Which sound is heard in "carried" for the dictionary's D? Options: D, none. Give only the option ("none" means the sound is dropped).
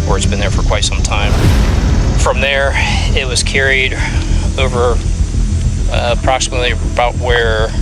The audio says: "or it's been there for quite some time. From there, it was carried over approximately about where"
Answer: D